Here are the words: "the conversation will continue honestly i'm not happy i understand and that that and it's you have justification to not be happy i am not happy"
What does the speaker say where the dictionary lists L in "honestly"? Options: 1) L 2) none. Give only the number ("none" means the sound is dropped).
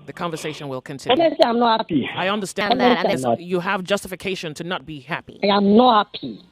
2